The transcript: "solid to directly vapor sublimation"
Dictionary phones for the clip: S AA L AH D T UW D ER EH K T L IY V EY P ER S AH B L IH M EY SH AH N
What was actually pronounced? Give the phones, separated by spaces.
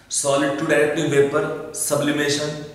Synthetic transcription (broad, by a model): S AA L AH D T UW D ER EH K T IY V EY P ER S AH B L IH M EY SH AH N